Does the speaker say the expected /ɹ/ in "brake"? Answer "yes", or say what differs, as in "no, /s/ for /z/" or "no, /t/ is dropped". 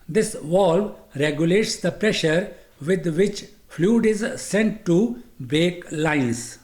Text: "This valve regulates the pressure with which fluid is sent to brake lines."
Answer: no, /ɹ/ is dropped